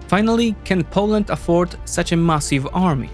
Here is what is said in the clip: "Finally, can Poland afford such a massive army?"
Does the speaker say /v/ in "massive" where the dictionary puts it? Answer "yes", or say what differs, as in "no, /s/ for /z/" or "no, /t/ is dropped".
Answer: yes